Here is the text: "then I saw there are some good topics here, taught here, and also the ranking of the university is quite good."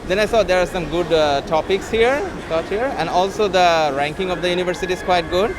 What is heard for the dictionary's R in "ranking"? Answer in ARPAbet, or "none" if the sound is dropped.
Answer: R